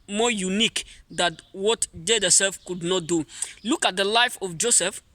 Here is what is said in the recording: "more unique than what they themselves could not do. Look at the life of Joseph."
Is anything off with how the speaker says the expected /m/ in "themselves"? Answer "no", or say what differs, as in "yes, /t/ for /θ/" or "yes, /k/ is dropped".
yes, /m/ is dropped